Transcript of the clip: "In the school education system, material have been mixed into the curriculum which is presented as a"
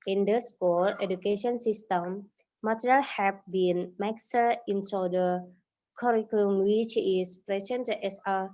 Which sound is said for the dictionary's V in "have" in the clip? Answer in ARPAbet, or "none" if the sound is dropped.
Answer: P